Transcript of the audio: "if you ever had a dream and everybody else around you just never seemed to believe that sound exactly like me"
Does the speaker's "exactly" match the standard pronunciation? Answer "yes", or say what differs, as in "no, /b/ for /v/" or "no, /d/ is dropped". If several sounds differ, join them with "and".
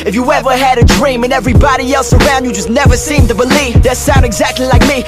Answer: yes